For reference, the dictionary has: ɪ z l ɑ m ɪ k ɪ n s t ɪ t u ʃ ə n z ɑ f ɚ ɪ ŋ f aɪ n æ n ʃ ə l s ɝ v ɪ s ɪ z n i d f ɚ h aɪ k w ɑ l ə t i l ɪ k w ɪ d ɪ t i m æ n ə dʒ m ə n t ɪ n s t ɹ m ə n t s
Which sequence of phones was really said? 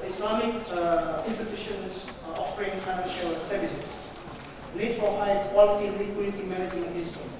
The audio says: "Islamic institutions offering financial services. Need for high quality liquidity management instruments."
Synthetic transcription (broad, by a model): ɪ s l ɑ m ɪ k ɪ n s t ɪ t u ʃ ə n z ɑ f ɚ ɪ ŋ f aɪ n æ n ʃ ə l s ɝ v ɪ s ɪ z l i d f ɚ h aɪ k w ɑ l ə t i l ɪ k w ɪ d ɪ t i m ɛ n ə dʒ ə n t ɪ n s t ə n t